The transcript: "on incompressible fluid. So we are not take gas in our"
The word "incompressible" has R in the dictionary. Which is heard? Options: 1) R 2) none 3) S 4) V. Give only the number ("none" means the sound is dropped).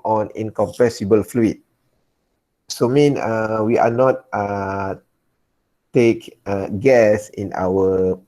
2